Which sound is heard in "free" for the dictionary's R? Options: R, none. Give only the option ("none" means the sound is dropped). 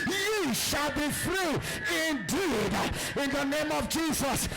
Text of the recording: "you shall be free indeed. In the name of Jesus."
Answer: R